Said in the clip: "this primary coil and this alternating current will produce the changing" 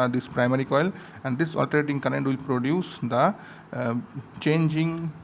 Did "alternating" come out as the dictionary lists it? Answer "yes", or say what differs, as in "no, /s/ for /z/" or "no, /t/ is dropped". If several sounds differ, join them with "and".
no, /n/ is dropped